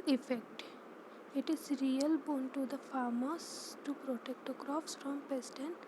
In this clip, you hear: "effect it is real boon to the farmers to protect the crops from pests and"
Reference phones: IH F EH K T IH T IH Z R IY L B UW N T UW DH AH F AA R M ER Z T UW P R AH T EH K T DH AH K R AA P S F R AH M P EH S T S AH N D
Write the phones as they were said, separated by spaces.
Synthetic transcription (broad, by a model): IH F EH K T IH T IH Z R IY L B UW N T UW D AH F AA R M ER S T UW P R AH T EH K T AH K R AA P S F R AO M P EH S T AH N